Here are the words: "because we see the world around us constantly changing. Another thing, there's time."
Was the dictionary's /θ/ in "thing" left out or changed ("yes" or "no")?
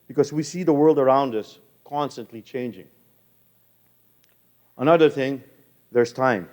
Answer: no